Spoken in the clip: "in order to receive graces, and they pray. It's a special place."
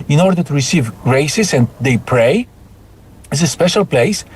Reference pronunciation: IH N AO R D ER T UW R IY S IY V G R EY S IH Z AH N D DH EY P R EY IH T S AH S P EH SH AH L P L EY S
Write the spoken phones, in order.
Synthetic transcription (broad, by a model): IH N AO R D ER T UW R IY S IY V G R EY S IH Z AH N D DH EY P R EY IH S AH S P EH SH AH L P L EY S